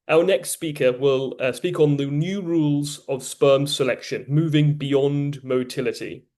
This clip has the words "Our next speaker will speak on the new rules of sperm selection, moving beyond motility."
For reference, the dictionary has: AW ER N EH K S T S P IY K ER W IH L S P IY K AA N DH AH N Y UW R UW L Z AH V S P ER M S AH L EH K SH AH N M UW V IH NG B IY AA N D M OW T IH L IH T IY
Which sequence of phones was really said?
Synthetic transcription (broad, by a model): AW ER N EH K S T S P IY K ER W IH L S P IY K N DH AH N Y UW R UW L Z AH V S P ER M S AH L EH K SH AH N M UW V IH NG B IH AA N D M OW T IH L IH T IY